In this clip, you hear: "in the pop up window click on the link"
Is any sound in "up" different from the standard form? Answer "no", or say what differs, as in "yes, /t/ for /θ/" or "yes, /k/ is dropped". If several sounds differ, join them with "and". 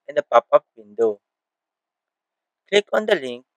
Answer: yes, /f/ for /p/